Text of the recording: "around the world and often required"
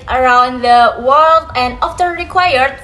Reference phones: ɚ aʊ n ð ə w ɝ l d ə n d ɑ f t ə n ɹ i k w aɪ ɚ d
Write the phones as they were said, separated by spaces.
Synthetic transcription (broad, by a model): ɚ aʊ n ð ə w ɝ l d ə n d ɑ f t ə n ɹ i k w aɪ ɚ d